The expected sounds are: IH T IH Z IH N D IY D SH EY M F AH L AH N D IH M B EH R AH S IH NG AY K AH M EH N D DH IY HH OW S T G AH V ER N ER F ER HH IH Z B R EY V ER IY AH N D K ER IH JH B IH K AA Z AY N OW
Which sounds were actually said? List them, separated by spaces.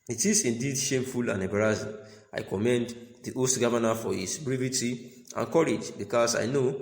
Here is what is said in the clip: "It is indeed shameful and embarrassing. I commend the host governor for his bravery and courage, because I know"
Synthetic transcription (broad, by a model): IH T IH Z IH N D IY D SH EY M F AH L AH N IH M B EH R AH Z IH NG AY K AH M EH N D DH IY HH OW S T G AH V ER N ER F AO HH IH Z B R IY V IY IY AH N K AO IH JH B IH K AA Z AY N OW